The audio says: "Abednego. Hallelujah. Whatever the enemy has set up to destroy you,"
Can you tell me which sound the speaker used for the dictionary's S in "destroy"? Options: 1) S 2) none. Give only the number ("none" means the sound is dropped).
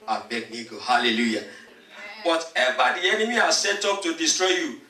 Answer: 1